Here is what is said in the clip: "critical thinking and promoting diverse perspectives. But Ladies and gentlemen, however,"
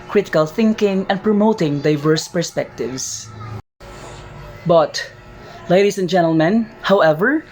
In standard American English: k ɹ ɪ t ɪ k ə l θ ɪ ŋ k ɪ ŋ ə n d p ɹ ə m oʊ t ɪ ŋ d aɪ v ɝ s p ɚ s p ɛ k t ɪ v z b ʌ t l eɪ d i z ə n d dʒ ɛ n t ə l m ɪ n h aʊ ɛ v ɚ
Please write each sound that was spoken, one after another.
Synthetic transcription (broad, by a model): k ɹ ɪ t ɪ k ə l θ ɪ ŋ k ɪ ŋ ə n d p ɹ ə m oʊ t ɪ ŋ d aɪ v ɝ s p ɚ s p ɛ k t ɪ v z b ʌ t l eɪ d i s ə n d dʒ ɛ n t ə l m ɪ n h aʊ ɛ v ɚ